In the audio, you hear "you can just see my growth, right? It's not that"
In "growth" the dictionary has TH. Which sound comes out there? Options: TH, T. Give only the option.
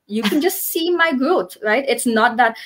T